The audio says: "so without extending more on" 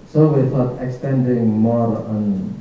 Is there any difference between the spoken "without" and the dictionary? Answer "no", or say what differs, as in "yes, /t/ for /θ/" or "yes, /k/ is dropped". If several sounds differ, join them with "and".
yes, /f/ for /θ/